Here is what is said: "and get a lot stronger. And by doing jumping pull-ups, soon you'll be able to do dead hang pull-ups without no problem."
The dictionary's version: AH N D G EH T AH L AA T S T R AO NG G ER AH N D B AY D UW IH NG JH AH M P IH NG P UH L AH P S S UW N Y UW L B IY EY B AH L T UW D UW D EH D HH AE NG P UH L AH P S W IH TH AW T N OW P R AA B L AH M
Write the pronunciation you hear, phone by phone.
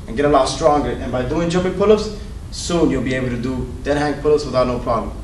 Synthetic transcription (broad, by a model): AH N G EH T AH L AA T S T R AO NG G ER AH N B AY D UW IH NG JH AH P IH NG P UH L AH S S UW N Y UW L B IY EY B AH L T UW D UW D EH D HH AE NG P UH L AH S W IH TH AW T N OW P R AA B L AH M